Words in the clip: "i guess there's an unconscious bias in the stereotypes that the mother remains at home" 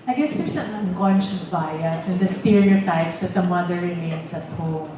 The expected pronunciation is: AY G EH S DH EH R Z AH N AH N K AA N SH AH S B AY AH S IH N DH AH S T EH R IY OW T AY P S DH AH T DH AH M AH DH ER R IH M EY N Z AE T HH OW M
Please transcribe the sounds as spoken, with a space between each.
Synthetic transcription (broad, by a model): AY G EH S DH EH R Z AH N AH N K AA N SH AH S B AY AH S IH N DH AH S T EH R IY OW T AY P S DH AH T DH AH M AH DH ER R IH M EY N S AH T HH OW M